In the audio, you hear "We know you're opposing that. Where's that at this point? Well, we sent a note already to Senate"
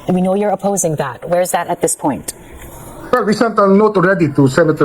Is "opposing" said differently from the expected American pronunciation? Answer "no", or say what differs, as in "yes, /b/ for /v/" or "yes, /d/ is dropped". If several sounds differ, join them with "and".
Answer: no